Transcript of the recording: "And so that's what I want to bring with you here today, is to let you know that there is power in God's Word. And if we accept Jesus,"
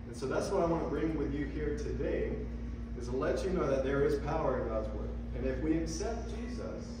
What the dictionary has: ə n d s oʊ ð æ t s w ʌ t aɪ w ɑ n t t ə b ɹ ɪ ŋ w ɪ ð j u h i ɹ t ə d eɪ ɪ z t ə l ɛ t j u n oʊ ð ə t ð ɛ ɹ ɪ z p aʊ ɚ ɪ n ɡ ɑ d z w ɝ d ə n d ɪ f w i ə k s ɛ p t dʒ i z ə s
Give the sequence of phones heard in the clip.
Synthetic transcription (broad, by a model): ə n s oʊ ð æ t s w ʌ t aɪ w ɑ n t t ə b ɹ ɪ ŋ w ɪ ð j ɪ h i ɹ t ə d eɪ ɪ z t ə l ɛ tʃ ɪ n oʊ ð ə t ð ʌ ɹ ɪ z p aʊ ɚ ɪ n ɡ ɑ d z w ɝ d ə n ɪ f w i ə k s ɛ p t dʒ i z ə s